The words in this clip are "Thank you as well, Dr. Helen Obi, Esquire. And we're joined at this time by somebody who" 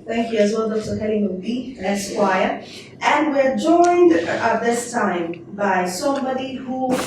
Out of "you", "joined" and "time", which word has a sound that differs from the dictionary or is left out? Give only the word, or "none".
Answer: none